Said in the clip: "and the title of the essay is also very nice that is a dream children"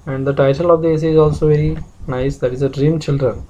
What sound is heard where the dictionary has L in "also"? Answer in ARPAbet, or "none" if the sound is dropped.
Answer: L